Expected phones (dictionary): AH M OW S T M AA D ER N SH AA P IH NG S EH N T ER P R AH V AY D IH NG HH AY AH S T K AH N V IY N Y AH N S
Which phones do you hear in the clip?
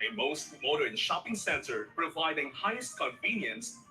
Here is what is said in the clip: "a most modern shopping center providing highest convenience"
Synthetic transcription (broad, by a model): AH M OW S T M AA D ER N SH AA P IH NG S EH N T ER P R AH V AY D IH NG HH AY AH S T K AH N V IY N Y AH N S